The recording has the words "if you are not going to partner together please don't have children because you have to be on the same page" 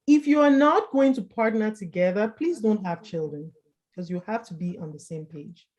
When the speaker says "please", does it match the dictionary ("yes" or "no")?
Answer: yes